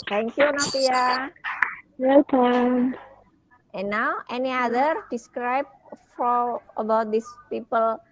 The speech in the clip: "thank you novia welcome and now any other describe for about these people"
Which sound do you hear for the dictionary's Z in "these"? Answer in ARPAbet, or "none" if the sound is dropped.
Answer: S